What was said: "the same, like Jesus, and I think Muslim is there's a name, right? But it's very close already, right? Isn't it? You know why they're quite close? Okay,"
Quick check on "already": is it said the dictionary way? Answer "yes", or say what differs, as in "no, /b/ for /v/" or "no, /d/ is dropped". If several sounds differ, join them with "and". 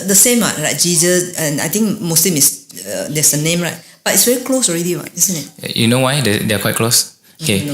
yes